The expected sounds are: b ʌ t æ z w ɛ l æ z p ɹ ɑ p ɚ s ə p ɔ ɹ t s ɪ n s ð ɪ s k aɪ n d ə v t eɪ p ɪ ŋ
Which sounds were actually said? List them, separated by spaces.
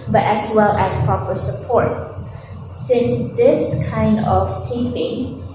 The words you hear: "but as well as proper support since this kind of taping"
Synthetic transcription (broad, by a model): b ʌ t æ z w ɛ l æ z p ɹ ɑ p ɚ s ə p ɔ ɹ t s ɪ n s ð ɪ s k aɪ n d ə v t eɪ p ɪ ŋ